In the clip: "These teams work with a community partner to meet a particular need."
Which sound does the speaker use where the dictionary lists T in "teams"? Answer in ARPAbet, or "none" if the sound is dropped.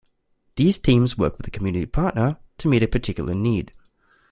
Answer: T